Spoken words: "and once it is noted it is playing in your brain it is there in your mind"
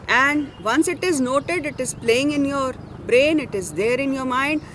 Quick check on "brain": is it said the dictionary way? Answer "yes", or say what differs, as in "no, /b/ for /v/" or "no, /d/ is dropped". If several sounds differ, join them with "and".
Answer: yes